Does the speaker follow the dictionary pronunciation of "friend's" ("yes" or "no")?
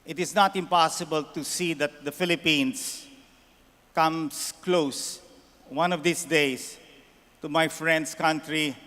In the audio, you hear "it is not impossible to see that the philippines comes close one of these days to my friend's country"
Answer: no